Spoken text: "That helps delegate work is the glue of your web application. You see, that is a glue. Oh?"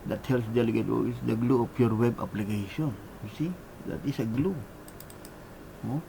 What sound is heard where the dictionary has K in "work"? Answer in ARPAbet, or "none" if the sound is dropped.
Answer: none